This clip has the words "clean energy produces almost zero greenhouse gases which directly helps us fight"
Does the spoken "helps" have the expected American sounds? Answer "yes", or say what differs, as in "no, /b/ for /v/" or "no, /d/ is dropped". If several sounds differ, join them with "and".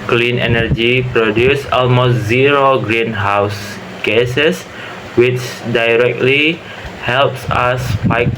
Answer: yes